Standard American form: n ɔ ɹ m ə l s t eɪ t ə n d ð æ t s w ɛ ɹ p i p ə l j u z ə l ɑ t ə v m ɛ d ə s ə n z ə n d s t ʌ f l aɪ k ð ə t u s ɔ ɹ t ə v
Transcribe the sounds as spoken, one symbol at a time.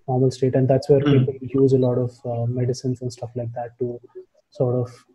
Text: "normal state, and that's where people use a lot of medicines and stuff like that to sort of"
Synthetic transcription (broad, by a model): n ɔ ɹ m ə l s t eɪ t ə n d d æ t s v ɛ ɹ p i p ə l j u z ə l ɑ t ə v m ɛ d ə s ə n s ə n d s t ʌ f l aɪ k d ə t u s ɔ ɹ t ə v